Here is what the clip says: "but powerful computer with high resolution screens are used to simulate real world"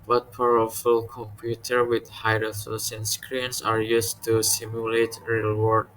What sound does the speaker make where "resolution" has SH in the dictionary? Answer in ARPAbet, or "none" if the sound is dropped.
S